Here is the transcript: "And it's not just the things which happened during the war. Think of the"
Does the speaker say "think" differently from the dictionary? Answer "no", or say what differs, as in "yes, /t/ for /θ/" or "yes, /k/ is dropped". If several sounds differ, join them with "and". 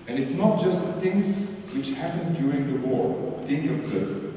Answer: yes, /k/ is dropped